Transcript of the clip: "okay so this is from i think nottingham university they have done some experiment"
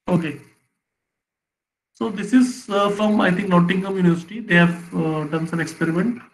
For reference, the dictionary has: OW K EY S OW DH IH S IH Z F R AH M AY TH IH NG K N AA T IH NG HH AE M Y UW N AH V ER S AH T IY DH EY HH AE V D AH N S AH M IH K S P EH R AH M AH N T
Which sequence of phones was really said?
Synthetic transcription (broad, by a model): OW K EY S OW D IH S IH Z F R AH M AY T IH NG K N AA T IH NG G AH M Y UW N AH V ER S AH T IY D EY HH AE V D AH N S AH M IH K S P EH R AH M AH N T